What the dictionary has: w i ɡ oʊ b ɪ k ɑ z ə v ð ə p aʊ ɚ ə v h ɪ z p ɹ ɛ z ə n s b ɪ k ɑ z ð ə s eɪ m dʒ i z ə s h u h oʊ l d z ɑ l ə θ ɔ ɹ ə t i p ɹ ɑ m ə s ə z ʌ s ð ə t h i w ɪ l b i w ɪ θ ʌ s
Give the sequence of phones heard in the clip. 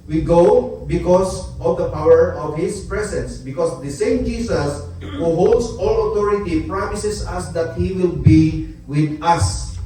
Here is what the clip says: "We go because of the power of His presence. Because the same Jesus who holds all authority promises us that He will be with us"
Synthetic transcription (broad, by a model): w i ɡ oʊ b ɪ k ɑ s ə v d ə p aʊ ɚ ə v h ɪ s p ɹ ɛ s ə n s b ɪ k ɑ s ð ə s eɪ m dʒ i s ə s h u h oʊ l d s ɑ l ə t ɔ ɹ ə t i p ɹ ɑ m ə s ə s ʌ s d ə t h i w ɪ l b i w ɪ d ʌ s